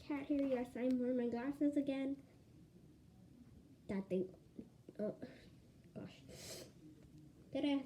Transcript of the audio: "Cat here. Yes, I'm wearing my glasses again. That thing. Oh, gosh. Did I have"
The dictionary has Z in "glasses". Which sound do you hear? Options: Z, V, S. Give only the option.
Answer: Z